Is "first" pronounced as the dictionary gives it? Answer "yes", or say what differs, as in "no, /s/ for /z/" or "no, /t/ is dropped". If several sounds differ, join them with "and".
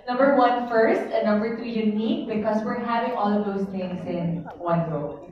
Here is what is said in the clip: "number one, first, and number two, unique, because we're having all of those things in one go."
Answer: yes